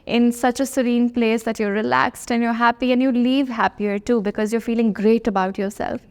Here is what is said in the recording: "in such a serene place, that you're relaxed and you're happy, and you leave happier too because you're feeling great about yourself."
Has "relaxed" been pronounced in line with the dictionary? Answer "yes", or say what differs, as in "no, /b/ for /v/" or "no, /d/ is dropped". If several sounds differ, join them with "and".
yes